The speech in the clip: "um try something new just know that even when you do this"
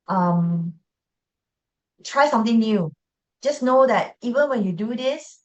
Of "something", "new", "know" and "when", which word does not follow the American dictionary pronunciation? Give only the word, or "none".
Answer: something